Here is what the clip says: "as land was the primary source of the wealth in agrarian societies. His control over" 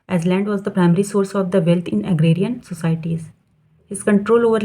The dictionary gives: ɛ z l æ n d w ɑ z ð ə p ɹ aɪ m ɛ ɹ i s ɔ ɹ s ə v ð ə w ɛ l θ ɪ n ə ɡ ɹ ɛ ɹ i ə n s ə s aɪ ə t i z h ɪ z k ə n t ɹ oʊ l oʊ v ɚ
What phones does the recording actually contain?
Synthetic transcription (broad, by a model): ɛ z l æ n d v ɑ z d ə p ɹ aɪ m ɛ ɹ i s ɔ ɹ s ə v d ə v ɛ l t ɪ n ə ɡ ɹ ɛ ɹ i ə n s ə s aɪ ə t i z h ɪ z k ə n t ɹ oʊ l oʊ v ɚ